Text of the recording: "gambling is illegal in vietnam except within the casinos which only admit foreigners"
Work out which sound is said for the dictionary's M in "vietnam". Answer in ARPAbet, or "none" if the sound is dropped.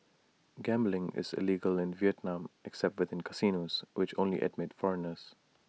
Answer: M